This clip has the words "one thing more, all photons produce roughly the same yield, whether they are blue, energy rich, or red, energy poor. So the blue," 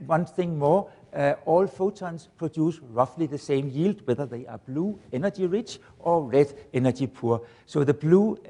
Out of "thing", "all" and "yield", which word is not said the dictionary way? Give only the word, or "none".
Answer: none